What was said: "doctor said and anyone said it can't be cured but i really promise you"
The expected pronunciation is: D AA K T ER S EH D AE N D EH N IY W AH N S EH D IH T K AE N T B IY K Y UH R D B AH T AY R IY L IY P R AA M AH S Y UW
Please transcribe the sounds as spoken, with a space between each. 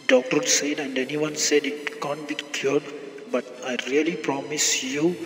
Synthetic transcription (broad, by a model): D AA K T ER S EH D AE N D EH N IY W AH N S EH D IH T K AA N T B IY K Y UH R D B AH T AY R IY L IY P R AA M AH S Y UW